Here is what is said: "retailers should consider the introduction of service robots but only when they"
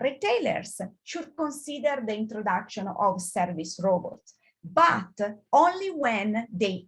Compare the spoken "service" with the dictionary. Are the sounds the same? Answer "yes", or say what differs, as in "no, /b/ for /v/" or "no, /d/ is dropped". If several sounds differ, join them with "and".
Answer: yes